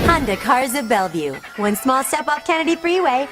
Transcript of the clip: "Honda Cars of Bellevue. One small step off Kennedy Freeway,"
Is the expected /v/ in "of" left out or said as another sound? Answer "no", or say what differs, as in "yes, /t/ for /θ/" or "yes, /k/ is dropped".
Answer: no